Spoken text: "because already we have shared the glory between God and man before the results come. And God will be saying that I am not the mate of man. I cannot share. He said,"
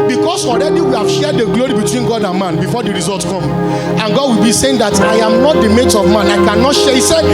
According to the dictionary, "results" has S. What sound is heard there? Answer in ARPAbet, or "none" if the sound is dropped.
none